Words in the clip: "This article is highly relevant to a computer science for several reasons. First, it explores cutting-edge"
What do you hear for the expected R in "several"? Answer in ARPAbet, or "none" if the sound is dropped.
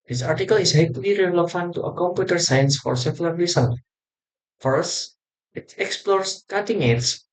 L